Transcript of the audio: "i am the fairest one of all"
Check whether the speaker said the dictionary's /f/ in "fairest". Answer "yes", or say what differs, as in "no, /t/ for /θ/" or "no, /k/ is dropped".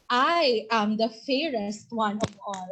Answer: yes